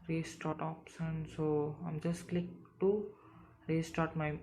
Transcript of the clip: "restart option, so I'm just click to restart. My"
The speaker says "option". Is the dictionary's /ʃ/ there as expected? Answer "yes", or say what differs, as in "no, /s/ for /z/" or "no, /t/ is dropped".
no, /s/ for /ʃ/